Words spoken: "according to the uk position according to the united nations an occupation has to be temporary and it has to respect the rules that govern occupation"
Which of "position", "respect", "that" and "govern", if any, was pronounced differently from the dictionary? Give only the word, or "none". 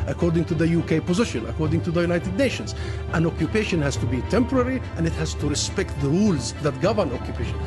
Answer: none